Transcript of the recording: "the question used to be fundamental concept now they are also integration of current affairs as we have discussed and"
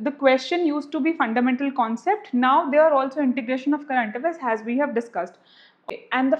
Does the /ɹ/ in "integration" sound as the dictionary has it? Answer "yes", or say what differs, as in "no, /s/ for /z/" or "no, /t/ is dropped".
yes